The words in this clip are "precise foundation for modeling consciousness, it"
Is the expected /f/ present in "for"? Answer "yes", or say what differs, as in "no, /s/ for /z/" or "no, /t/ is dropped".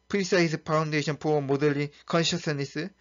no, /p/ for /f/